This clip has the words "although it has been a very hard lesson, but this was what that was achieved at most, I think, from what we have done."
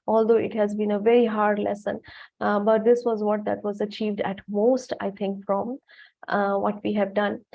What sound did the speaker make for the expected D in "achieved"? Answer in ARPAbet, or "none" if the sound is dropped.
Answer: D